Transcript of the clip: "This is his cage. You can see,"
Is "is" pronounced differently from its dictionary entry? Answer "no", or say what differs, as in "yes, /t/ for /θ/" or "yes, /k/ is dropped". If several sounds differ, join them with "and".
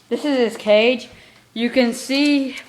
no